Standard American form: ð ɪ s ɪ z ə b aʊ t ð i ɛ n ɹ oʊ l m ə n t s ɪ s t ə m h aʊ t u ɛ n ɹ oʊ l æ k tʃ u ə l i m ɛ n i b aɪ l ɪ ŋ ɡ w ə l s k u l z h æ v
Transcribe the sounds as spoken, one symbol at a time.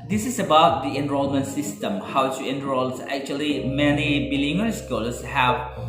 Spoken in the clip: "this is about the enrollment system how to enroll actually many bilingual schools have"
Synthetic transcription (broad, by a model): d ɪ s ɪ s ə b aʊ t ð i ɛ n ɹ oʊ l m ə n t s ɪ s t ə m h aʊ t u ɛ n ɹ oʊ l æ k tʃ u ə l i m ɛ n i b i l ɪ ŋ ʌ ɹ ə s k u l s h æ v